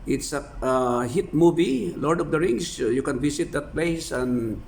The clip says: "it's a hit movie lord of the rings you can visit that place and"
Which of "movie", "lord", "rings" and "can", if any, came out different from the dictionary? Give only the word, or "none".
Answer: rings